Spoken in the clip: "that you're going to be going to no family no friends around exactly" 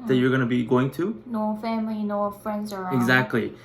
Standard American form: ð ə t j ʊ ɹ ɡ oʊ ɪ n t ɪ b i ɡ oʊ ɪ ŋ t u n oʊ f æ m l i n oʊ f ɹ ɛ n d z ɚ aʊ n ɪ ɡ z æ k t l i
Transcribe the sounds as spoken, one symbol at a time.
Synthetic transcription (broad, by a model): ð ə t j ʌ ɹ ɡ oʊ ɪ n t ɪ b i ɡ oʊ ɪ ŋ t u n oʊ f æ m l i n oʊ f ɹ ɛ n d z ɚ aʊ ɪ ɡ z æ k t l i